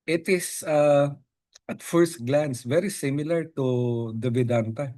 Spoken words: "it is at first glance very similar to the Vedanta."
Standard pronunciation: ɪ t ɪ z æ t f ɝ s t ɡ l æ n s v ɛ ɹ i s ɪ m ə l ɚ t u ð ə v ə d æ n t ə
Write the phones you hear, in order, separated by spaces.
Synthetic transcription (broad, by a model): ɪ t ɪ s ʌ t f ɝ s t ɡ l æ n s v ɛ ɹ i s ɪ m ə l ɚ t u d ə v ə d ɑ n t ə